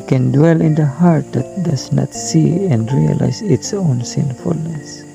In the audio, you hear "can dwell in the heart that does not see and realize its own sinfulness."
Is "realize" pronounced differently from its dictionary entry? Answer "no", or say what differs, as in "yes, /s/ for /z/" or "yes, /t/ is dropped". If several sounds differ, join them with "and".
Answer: yes, /s/ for /z/